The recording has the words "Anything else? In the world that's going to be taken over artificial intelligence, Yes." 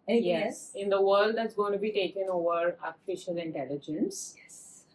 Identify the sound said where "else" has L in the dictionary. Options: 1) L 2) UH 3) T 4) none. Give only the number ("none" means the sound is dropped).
4